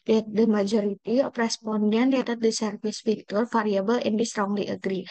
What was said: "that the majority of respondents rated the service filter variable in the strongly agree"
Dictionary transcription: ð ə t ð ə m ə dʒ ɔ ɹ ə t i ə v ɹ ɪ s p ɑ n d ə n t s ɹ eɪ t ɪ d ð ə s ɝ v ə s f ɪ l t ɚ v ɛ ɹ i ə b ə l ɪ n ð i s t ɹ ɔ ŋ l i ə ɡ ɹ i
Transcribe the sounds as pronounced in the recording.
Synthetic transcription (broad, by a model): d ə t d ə m ə dʒ ɔ ɹ ə t i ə p ɹ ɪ s p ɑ n d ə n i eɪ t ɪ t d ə s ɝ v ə s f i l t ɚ f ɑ ɹ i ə b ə l ɪ n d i s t ɹ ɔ ŋ l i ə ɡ ɹ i